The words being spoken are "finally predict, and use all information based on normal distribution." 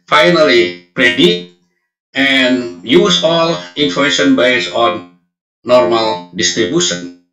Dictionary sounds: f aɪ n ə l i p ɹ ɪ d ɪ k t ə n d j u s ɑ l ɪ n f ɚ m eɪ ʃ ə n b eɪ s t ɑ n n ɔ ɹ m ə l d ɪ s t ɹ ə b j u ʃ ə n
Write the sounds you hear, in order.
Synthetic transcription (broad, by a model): f aɪ n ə l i p ɹ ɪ d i t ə n j u s ɑ l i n f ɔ m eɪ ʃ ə n b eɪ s ɑ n n ɔ ɹ m ə l d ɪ s t ɹ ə b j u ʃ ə n